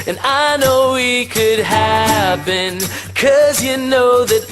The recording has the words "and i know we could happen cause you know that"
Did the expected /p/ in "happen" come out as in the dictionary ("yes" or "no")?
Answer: no